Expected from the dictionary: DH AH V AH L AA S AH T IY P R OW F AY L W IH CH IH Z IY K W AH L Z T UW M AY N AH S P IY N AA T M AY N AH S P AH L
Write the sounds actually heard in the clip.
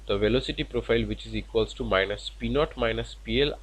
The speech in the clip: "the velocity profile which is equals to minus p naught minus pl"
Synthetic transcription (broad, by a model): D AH V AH L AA S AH T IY P R OW F AY L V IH CH IH Z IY K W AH L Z T UW M AY N AH S P IY N AA T M AY N AH S P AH L